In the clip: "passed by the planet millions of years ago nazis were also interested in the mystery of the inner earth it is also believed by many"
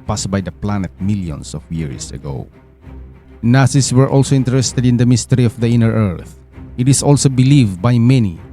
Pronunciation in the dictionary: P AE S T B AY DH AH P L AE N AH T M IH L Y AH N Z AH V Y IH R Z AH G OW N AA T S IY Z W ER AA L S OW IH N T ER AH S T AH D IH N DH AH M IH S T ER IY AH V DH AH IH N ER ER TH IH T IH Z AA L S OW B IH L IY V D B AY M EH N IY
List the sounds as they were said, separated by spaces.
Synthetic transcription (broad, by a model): P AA S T B AY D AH P L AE N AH T M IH L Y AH N S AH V Y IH R S AH G OW N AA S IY S W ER AA L S OW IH N T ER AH S T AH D IH N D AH M IH S T ER IY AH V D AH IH N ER ER TH IH T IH S AA L S OW B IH L IY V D B AY M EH N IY